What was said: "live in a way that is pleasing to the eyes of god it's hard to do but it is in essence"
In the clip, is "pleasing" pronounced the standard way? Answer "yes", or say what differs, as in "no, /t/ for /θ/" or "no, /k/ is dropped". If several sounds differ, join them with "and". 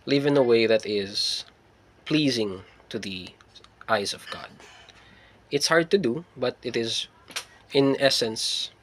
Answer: yes